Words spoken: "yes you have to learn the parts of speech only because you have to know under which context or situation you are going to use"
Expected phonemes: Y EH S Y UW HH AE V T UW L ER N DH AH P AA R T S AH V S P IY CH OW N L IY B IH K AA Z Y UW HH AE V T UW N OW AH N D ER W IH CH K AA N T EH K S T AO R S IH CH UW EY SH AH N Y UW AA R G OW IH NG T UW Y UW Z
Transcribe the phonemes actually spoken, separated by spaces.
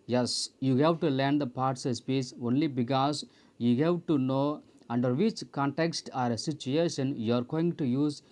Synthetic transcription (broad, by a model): Y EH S Y UW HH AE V T UW L ER N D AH P AA R T S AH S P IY S OW N L IY B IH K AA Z Y UW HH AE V T UW N OW AH N D ER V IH CH K AA N T EH K S T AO R S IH CH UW EY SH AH N Y UW AA R G OW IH NG T UW Y UW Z